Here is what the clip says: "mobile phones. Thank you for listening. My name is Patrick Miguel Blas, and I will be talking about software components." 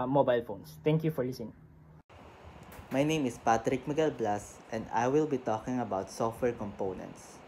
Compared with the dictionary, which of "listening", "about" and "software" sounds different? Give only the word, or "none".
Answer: listening